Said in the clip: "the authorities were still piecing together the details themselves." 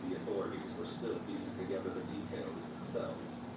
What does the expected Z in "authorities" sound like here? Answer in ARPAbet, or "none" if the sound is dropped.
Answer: Z